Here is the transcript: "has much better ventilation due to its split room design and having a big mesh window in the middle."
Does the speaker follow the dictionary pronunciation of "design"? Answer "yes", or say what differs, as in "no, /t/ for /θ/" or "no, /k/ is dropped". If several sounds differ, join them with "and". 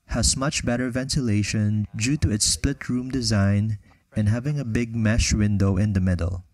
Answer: yes